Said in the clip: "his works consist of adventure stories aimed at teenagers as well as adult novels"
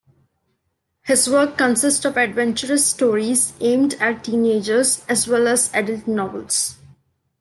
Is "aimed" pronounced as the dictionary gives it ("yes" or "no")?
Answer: yes